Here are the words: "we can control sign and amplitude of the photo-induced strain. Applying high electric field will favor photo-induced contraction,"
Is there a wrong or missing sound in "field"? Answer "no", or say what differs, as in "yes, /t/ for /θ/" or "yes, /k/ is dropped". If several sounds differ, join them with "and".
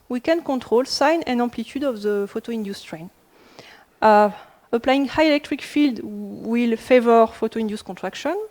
no